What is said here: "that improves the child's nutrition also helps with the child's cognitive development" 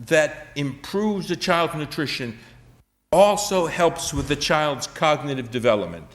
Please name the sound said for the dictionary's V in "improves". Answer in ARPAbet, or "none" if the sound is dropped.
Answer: V